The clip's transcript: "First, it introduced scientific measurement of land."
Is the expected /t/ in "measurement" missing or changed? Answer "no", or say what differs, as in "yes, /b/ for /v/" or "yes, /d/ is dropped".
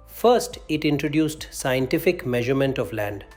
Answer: no